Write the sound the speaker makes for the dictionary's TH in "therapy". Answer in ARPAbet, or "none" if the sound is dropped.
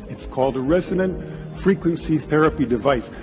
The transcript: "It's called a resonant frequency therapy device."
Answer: TH